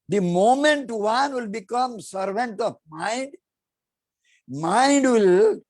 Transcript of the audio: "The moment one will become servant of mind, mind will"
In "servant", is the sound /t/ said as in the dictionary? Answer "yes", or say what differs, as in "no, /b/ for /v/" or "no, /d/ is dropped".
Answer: yes